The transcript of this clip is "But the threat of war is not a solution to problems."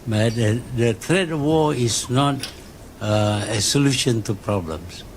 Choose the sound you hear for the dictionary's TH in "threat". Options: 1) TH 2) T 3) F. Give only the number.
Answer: 2